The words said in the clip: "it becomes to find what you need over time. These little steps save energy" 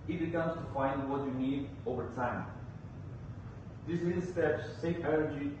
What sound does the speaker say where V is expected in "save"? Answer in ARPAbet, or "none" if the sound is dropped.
F